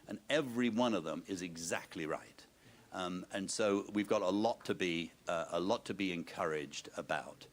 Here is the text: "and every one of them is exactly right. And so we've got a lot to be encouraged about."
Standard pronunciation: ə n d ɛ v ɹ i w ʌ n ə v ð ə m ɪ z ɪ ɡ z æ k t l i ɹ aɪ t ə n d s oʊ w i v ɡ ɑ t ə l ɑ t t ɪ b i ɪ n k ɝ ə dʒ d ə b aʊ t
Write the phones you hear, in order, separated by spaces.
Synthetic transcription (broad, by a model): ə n ɛ v ɹ i w ʌ n ə v ð ə m ɪ z ɪ ɡ z æ k t l i ɹ aɪ t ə n s oʊ w i v ɡ ɑ t ə l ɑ t t ɪ b i ɪ n k ɝ ə dʒ d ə b aʊ t